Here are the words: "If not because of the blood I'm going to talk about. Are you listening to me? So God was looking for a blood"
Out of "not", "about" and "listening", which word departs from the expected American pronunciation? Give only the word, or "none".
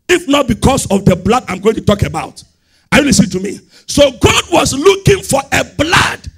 listening